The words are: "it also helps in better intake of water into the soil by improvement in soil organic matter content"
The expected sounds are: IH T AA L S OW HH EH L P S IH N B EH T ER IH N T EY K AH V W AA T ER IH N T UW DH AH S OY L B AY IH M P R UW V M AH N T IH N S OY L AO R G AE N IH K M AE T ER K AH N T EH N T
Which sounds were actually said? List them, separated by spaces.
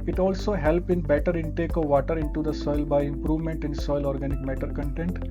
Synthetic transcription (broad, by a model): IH T AA L S OW HH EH L P IH N B EH T ER IH N T EY K AH V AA T ER IH N T UW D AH S OY L B AY IH M P R UW V M AH N T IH N S OY L AO R G AE N IH K M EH T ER K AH N T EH N T